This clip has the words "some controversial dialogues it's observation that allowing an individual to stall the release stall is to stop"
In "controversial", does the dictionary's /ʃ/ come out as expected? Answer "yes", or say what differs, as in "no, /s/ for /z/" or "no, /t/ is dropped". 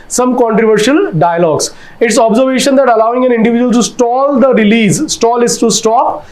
yes